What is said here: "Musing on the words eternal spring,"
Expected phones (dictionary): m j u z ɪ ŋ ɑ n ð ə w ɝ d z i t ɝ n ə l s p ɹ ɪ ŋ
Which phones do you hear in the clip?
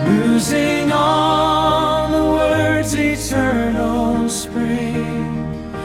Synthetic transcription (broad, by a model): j u z ɪ ŋ ɑ l ð ə w ɝ d z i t ɝ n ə l s p ɹ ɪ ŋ